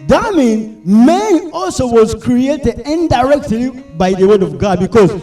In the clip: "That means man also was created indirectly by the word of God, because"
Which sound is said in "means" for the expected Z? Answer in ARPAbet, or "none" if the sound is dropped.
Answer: none